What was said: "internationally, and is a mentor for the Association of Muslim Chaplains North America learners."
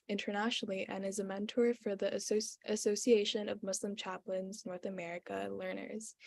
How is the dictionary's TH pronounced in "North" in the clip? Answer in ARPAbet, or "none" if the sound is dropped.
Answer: TH